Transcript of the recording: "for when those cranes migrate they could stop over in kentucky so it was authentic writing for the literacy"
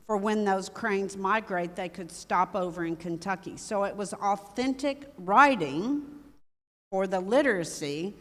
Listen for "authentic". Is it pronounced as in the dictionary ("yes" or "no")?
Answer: yes